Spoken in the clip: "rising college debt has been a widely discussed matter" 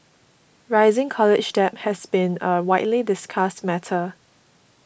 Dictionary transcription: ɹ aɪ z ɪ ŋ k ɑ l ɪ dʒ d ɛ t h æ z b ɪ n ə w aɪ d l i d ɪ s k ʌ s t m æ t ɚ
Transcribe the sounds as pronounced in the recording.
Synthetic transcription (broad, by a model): ɹ aɪ z ɪ ŋ k ɑ l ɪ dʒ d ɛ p h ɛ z b ɪ n ə w aɪ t l i d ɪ s k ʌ s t m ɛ t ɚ